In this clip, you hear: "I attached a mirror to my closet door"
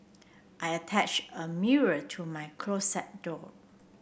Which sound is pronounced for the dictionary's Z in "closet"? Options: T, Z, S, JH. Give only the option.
S